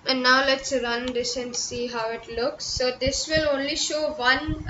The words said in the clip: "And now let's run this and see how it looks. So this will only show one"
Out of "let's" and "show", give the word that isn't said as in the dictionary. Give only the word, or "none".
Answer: none